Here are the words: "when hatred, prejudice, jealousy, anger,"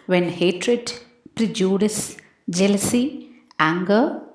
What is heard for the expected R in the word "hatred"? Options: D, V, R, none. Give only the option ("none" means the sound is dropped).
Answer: R